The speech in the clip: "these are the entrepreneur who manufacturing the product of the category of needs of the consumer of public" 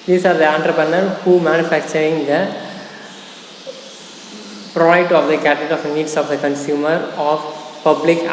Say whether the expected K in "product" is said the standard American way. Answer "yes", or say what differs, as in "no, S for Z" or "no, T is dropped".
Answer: no, K is dropped